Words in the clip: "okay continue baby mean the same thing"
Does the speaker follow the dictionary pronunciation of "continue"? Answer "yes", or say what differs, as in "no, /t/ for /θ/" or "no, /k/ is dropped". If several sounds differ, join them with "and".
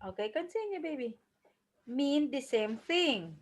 no, /s/ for /t/